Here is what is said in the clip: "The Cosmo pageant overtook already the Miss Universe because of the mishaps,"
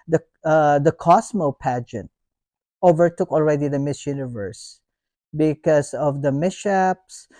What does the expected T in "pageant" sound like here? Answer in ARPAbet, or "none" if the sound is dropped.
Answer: T